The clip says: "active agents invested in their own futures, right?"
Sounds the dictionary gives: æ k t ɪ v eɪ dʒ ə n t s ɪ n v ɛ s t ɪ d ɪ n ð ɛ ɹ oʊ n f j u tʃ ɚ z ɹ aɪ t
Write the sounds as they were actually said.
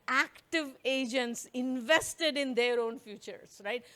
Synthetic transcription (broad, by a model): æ k t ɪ v eɪ dʒ ə n t s ɪ n v ɛ s t ɪ d ɪ n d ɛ ɹ oʊ n f j u tʃ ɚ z ɹ aɪ t